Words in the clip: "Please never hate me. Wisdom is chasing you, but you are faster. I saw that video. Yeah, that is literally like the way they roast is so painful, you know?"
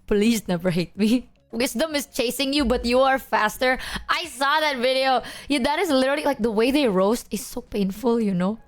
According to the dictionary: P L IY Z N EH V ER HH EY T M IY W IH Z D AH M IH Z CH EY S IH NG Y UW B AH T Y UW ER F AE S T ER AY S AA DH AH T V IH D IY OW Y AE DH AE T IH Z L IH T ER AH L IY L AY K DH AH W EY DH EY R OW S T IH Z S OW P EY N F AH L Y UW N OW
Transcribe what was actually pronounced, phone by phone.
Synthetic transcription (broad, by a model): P L IY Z N EH V ER HH EY T M IY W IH S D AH M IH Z CH EY S IH NG Y UW B AH T Y UW ER F AE S T ER AY S AA DH AH T V IH D IY OW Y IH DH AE T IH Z L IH T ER L IY L AY K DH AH W EY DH EY R OW S T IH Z S OW P EY N F AH L Y UW N OW